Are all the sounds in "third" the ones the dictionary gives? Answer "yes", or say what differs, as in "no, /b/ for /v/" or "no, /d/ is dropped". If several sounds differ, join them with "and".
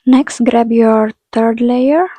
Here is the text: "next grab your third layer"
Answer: no, /t/ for /θ/